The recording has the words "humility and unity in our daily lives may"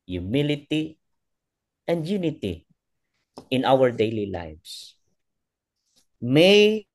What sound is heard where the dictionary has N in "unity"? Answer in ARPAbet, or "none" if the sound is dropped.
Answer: N